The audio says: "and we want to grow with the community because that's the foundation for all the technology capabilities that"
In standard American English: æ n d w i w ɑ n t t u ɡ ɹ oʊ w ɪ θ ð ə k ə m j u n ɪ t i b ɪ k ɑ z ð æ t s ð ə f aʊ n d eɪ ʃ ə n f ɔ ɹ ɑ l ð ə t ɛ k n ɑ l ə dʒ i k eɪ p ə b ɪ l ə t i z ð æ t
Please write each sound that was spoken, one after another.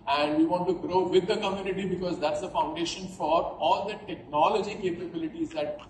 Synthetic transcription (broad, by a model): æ n d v i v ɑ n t t u ɡ ɹ oʊ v ɪ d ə k ə m j u n ɪ t i b ɪ k ɑ z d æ t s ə f aʊ n d eɪ ʃ ə n f ɔ ɹ ɑ l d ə t ɛ k n ɑ l ə dʒ i k eɪ p ə b ɪ l ə t i z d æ t